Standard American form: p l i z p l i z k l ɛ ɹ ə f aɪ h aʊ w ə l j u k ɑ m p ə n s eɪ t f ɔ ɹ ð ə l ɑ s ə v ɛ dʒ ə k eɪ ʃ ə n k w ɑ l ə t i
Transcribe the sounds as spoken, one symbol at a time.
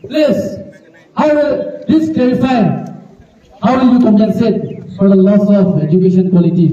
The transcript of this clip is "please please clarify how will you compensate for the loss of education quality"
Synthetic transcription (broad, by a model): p l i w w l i s k l ɛ ɹ ə f aɪ h aʊ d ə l j u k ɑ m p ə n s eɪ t f ɔ ɹ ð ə l ɑ s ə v ɛ dʒ ə k eɪ ʃ ə n k w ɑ l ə t i